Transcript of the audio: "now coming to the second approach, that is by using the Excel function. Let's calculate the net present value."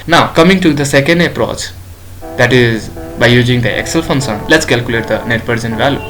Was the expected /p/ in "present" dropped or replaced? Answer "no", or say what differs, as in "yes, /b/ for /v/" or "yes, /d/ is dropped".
yes, /b/ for /p/